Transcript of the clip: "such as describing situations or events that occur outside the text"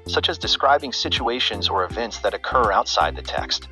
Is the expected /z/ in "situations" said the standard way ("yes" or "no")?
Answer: yes